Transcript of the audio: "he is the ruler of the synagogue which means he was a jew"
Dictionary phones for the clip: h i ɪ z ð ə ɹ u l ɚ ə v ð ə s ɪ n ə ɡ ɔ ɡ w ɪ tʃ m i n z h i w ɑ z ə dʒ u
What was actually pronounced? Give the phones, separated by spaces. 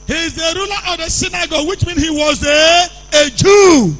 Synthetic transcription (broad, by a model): h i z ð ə ɹ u l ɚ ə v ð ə s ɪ n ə ɡ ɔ w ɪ tʃ m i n h i w ɑ z ə dʒ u